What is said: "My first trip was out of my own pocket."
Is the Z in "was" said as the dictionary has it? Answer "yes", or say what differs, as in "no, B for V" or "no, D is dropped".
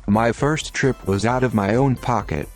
yes